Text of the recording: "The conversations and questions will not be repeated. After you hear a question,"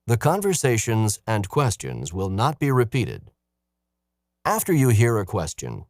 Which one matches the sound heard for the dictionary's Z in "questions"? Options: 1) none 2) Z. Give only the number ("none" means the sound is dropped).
2